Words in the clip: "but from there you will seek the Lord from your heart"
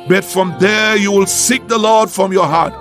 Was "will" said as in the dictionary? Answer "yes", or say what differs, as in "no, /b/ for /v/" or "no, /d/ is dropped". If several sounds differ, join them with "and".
yes